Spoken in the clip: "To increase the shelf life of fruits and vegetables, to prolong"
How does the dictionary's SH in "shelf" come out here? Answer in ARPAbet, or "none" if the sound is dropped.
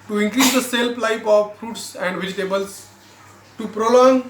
S